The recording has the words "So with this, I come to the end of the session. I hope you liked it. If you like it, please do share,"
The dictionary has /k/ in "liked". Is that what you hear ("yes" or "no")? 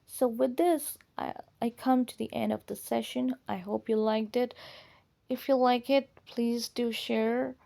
yes